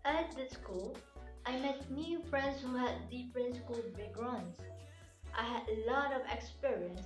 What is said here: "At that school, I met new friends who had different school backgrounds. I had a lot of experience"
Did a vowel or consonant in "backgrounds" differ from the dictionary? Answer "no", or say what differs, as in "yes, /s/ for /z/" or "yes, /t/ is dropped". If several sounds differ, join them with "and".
yes, /k/ is dropped